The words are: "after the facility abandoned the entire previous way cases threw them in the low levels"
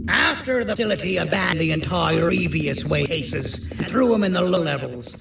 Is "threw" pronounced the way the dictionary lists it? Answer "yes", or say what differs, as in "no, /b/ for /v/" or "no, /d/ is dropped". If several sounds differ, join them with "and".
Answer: yes